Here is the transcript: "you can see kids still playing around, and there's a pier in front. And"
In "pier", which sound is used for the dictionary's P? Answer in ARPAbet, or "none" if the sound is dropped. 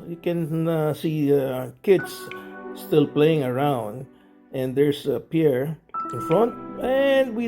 P